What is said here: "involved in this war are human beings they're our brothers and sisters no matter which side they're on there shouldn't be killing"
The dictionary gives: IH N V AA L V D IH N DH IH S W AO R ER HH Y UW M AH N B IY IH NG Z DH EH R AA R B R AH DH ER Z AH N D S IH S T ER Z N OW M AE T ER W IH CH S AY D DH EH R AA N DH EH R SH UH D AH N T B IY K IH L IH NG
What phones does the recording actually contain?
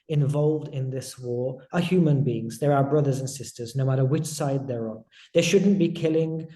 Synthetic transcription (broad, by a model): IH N V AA L V D IH N DH IH S W AO R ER HH Y UW M AH N B IY IH NG Z DH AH R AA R B R AH DH ER Z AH N S IH S T ER Z N OW M AE T ER W IH CH S AY D DH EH R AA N DH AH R SH UH D N B IY K IH L IH NG